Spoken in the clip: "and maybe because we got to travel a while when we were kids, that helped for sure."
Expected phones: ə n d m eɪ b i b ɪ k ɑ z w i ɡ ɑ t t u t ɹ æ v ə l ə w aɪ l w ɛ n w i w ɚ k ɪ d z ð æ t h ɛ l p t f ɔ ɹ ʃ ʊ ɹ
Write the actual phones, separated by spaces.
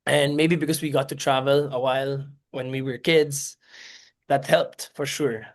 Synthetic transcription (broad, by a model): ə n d m eɪ b i b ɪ k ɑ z w i ɡ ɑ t t u t ɹ æ v ə l ə w aɪ l w ɛ n w i w ɚ k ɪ d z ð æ t h ɛ l p t f ɔ ɹ ʃ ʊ ɹ